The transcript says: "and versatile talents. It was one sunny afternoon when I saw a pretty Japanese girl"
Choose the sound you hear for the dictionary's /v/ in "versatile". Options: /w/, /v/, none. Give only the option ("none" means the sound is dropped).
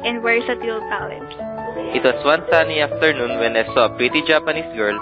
/w/